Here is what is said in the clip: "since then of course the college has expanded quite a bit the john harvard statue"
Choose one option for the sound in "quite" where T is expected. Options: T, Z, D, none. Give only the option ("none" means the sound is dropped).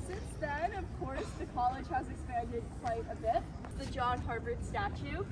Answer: T